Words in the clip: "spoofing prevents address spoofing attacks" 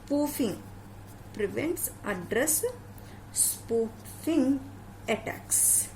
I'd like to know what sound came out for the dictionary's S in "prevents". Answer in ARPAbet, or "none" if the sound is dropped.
S